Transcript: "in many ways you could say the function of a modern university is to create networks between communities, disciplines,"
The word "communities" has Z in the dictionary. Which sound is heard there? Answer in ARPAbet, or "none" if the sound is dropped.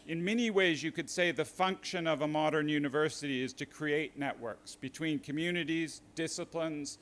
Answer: Z